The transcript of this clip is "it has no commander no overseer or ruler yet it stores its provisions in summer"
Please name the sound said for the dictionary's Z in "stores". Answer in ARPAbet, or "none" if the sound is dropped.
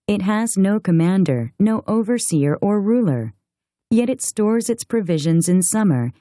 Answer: Z